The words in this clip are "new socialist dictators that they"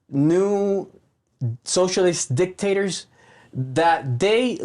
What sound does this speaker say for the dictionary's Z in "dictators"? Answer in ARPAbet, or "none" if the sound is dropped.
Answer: Z